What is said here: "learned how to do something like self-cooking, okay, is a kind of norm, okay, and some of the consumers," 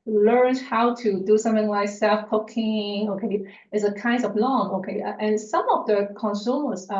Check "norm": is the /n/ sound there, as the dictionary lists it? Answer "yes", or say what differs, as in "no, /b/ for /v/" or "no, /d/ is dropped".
no, /l/ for /n/